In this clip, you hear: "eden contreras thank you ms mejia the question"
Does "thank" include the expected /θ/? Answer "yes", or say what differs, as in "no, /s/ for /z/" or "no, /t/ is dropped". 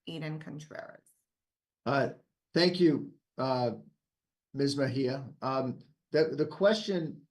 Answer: yes